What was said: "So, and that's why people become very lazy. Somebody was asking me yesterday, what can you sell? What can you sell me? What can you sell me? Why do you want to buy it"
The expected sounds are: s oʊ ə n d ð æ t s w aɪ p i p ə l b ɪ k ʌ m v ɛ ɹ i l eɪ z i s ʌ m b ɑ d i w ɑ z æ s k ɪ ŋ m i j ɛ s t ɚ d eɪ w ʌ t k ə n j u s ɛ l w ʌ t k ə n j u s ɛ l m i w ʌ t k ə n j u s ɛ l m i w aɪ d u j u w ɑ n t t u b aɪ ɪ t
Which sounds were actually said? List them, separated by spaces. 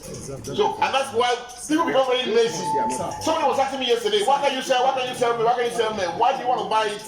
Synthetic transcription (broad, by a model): s oʊ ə n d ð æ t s w aɪ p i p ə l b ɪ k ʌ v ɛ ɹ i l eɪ s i s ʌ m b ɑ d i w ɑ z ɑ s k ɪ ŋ m i j ɛ s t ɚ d eɪ w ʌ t k ə n j u s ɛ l w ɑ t k ə n j u s ɛ l m i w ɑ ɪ k ə n j u s ɛ l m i w aɪ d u j u w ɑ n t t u b aɪ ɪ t